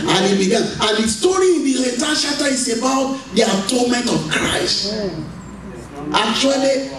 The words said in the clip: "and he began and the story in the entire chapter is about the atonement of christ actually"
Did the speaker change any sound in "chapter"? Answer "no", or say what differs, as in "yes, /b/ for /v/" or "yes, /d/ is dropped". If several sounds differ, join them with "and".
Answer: yes, /p/ is dropped